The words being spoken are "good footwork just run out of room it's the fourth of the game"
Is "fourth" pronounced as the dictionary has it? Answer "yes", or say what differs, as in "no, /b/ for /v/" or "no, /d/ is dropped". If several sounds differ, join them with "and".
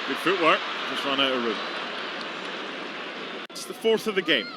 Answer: yes